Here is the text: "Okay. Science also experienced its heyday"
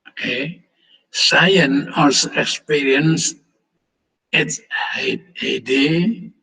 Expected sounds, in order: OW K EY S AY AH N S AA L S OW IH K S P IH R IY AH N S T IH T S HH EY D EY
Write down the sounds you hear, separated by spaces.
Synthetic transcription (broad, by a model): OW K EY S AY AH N AA S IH K S P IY R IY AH N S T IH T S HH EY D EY